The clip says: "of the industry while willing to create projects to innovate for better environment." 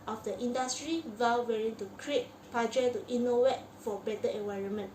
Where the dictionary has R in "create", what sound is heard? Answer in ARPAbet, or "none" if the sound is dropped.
R